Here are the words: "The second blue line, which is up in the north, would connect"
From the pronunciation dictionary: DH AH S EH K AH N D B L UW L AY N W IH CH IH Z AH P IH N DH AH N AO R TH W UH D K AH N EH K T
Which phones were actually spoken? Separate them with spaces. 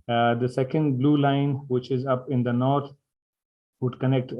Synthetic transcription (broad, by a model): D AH S EH K AH N D B L UW L AY N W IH CH IH Z AH P IH N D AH N AO R T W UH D K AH N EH K T